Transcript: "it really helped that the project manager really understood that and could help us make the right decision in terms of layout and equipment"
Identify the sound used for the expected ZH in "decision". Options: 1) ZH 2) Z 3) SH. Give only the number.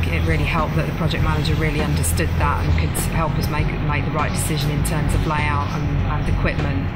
1